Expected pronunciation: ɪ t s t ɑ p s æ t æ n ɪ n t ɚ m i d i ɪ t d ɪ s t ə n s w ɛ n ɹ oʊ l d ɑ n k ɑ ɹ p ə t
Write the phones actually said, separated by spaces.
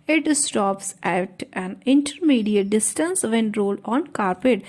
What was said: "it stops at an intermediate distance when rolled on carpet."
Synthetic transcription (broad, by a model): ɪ t s t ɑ p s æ t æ n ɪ n t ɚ m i d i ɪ d ɪ s t ə n s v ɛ n ɹ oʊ l ɑ n k ɑ ɹ p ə t